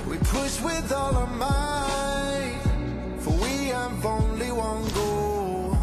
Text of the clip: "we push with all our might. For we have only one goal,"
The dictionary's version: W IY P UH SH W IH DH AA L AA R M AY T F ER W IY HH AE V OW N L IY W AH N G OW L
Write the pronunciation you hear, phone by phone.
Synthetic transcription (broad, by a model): W IY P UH S W IH DH AA L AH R M AY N F ER W IY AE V OW N L IY W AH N G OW